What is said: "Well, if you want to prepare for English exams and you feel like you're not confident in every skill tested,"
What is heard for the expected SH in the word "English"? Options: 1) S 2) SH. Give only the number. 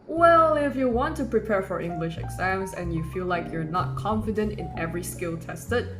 2